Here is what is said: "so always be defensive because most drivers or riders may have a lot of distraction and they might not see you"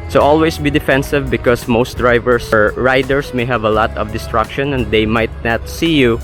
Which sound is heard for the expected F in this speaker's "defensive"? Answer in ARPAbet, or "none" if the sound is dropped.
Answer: F